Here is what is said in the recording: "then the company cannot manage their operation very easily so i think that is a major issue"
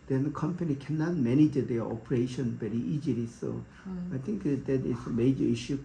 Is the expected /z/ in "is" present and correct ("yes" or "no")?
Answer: no